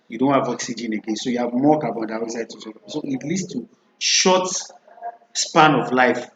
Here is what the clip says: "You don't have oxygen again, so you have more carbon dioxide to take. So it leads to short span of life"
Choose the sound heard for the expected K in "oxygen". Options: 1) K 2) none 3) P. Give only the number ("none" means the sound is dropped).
1